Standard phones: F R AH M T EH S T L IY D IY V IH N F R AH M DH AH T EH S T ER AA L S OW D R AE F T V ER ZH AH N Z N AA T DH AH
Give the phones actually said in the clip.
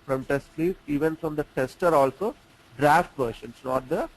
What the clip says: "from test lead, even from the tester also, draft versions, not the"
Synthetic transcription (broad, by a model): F R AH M T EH S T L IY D IY V IH N F R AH M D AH T EH S T ER AA L S OW D R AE F T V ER SH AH N S N AA T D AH